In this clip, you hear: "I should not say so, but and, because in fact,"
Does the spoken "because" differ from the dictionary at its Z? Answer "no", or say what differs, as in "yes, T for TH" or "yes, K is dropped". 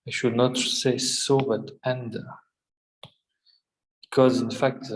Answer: no